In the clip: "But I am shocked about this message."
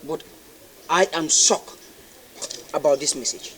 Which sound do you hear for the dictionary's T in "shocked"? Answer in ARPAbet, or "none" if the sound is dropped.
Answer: none